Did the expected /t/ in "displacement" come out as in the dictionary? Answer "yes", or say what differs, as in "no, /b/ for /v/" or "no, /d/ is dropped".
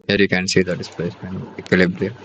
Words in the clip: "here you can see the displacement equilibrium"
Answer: no, /t/ is dropped